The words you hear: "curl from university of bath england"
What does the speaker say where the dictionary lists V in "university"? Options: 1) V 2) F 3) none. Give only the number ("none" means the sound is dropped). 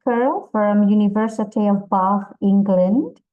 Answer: 1